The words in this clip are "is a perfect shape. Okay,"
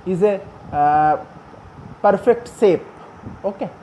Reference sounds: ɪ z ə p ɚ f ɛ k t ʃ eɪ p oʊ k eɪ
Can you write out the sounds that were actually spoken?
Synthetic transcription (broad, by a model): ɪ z ə p ɚ f ɛ k t s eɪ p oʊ k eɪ